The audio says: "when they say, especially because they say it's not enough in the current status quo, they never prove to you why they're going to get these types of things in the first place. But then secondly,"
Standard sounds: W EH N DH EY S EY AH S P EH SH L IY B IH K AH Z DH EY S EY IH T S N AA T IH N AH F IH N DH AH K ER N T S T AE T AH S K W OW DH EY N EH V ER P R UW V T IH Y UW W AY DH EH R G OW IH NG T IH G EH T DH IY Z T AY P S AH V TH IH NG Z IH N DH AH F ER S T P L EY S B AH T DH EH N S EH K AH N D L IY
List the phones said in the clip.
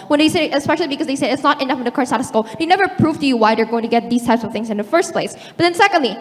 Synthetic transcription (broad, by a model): W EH N DH EY S EY AH S P EH SH L IY B IH K AH Z DH EY S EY IH T S N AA T IH N AH F IH N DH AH K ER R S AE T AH S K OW DH EY N EH V ER P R UW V T IH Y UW W AY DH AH R G OW IH NG T IH G EH T DH IY Z T AY P S AH V TH IH NG Z IH N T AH F ER S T P L EY S B AH T DH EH N S EH K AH N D L IY